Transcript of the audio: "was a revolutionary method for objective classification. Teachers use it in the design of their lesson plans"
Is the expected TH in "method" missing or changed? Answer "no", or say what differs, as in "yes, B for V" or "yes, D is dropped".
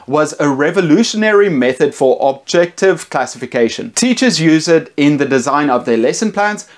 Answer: no